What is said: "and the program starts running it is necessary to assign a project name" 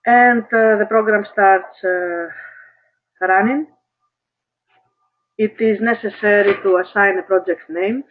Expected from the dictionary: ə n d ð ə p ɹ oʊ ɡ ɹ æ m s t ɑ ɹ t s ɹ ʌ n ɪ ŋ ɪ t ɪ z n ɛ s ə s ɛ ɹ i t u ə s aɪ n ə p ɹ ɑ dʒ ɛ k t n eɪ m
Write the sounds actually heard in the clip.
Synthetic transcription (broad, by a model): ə n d ð ə p ɹ oʊ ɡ ɹ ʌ m s t ɑ ɹ t s ɹ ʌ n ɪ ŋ ɪ t ɪ z n ɛ s ə s ɛ ɹ i t u ə s aɪ n ə p ɹ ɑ dʒ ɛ k t n eɪ m